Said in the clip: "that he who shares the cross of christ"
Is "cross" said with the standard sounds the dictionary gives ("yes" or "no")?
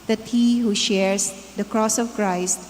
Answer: yes